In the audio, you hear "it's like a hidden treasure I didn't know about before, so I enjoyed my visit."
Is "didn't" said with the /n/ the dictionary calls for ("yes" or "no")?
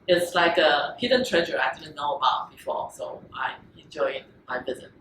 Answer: no